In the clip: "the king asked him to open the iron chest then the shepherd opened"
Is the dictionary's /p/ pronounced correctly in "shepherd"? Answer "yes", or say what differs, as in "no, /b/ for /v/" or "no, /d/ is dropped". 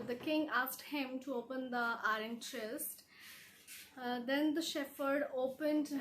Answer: no, /f/ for /p/